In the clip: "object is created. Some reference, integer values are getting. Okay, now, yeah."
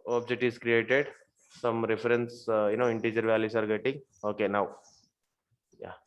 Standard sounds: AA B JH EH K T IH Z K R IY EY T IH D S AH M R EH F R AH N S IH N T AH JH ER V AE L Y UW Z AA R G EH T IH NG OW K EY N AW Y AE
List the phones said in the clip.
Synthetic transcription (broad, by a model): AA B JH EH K T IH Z K R IY EY T IH D S AH M R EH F R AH N S IH N T AH JH ER V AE L Y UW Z AA R G EH T IH NG OW K EY N AW Y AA